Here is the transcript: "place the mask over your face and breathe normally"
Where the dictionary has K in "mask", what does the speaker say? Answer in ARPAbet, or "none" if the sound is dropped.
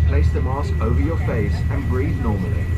none